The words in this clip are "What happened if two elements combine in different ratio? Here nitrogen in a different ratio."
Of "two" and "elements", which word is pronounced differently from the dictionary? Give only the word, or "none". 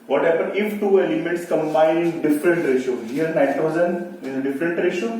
elements